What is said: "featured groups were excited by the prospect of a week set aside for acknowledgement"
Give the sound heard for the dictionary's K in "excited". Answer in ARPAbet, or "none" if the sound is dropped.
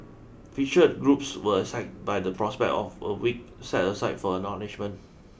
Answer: none